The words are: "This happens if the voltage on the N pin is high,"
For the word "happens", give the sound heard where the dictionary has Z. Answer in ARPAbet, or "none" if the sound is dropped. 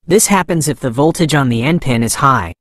Z